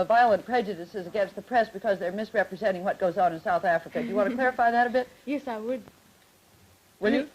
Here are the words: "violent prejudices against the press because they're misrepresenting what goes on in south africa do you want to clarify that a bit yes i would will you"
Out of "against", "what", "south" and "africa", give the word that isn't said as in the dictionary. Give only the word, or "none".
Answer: none